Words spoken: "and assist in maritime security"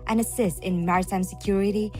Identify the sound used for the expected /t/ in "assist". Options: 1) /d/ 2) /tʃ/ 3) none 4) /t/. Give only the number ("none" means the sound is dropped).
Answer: 4